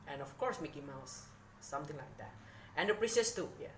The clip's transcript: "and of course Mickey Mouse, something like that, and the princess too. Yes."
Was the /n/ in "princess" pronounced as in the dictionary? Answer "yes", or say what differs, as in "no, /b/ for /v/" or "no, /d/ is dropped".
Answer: no, /n/ is dropped